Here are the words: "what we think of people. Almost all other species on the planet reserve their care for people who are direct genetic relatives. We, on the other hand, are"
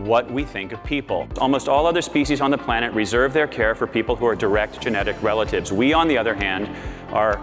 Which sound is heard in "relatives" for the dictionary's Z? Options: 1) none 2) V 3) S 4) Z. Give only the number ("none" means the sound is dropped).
4